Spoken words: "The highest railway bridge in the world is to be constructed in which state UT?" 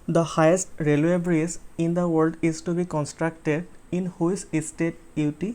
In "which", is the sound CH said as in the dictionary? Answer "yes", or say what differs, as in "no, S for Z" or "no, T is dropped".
no, S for CH